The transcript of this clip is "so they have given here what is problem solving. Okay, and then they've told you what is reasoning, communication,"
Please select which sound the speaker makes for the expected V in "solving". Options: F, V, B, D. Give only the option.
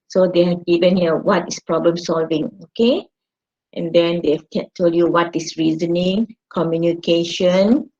V